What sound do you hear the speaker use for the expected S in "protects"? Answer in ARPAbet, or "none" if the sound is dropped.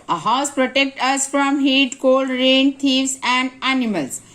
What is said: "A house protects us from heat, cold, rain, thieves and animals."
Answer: none